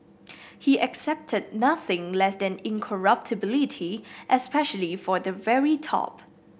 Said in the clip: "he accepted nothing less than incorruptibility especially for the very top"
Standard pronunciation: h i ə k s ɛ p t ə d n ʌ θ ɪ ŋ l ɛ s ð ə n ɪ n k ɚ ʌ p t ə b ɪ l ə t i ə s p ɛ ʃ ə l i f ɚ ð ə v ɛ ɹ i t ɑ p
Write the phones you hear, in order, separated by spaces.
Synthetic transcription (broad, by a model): h i ə k s ɛ p t ə d n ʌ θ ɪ ŋ l ɛ s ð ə n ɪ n k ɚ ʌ p t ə b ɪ l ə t i ə s p ɛ ʃ ə l i f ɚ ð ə v ɛ ɹ i t ɑ p